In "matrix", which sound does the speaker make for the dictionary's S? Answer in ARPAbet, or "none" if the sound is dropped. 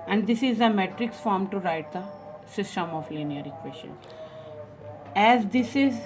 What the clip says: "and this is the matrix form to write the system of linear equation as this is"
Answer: S